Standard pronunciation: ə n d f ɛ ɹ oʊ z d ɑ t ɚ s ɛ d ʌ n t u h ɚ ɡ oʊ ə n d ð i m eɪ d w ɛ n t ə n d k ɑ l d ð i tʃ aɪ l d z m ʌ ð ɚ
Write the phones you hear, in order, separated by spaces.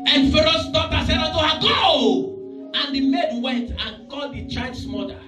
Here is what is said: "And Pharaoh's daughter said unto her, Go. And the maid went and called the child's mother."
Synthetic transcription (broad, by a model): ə n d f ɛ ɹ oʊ s d ɑ t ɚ s ɛ d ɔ t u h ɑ ɡ oʊ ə n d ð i m eɪ d w ɛ n t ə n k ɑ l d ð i tʃ aɪ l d s m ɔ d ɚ